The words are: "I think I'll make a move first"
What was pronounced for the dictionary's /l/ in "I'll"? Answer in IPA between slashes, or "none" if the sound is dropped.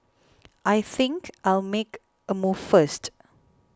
/l/